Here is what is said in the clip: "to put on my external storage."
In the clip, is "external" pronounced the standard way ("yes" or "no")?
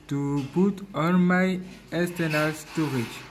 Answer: no